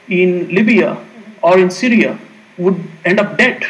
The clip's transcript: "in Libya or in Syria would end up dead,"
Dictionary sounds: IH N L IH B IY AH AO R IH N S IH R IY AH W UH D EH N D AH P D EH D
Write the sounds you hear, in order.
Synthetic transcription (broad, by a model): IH N L IH B IY AH AO R IH N S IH R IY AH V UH D EH N D AH P D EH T